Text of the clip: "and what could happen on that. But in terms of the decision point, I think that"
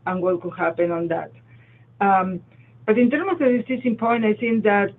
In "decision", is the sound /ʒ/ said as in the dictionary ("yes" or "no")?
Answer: no